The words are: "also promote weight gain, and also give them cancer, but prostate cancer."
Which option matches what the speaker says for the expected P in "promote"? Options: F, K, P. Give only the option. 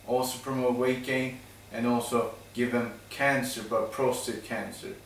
F